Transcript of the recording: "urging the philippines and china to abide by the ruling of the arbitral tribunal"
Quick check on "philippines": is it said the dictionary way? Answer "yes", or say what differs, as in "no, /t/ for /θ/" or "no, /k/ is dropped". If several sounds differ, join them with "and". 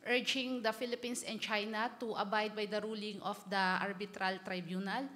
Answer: no, /s/ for /z/